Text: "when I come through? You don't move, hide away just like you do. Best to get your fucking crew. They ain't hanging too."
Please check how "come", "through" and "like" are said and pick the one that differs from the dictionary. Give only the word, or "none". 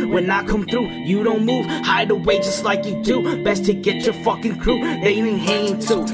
none